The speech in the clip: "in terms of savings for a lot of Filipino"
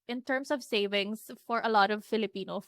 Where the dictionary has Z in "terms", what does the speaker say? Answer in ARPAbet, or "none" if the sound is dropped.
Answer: S